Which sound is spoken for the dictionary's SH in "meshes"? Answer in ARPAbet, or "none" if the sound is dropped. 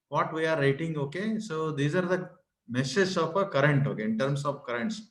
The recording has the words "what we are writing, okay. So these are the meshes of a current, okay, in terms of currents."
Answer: S